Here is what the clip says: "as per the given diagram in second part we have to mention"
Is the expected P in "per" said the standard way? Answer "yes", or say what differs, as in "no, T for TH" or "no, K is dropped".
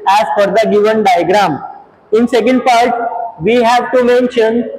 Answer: no, F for P